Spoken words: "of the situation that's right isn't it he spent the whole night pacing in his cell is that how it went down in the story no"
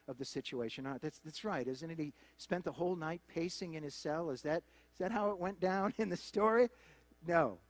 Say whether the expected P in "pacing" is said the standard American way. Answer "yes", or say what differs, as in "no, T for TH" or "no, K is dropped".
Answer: yes